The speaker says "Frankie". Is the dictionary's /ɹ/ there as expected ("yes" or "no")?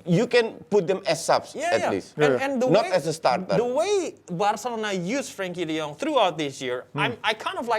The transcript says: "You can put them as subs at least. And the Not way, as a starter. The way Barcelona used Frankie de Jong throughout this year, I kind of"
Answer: yes